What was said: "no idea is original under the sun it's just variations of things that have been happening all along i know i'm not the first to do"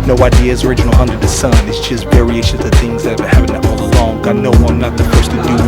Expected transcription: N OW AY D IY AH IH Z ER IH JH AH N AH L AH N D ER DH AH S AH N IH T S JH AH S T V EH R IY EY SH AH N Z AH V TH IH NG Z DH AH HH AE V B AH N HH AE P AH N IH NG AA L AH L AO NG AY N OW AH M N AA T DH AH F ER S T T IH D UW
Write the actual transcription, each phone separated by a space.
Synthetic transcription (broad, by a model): N OW AY D IY AH IH Z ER IH JH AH N L AH N D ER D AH S AH N IH T S JH AH S T V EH R IY EY SH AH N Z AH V TH IH NG Z DH AH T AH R HH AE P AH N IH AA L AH L AO NG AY N OW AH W N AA T DH AH F ER S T T IH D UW